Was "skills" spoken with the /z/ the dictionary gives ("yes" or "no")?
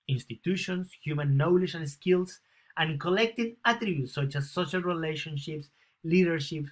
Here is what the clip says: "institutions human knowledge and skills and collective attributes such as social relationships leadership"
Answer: no